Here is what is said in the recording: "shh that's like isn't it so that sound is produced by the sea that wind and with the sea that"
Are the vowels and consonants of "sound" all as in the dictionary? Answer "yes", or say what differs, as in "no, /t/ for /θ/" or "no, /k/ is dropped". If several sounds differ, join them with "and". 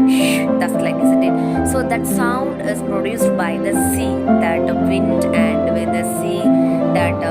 yes